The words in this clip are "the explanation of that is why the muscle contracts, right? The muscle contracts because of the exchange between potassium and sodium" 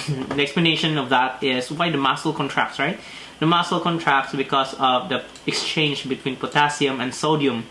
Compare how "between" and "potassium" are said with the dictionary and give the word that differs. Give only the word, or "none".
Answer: none